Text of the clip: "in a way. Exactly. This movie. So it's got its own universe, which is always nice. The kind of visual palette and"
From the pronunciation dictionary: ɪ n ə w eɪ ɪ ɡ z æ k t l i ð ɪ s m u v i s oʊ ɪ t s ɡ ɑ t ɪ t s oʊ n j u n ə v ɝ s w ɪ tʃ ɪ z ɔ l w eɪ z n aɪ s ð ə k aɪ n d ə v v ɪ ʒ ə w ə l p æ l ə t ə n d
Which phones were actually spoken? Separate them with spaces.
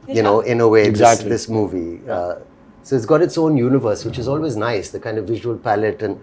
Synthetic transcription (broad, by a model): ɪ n ə ɪ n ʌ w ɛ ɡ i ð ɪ s m u v i s oʊ ɪ t s ɡ ɑ t ɪ t s oʊ n j u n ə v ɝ s w ɪ tʃ ɪ z ɔ l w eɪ z n aɪ s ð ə k aɪ n d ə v v ɪ ʒ ə w ə l p æ l ə t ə n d